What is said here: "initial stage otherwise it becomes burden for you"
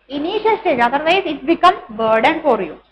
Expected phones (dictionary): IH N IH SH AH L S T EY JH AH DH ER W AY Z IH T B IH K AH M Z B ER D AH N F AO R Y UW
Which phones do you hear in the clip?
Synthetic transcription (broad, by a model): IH N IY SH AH L S T EY JH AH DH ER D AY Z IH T B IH K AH M B ER D AH N F AO R Y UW